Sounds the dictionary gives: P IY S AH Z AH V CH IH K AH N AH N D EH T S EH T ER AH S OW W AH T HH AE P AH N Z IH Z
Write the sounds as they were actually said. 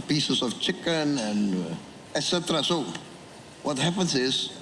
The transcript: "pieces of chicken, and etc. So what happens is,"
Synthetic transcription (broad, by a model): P IY S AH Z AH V CH IH K AH N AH N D EH T S EH T ER AH S OW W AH T HH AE P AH N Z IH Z